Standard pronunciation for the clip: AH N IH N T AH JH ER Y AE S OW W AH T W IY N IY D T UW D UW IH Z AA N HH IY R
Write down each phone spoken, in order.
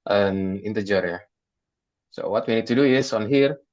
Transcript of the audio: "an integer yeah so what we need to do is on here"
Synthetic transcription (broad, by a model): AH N IH N T AH JH ER Y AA S OW W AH T W IY N IY D T UW D UW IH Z AA N HH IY R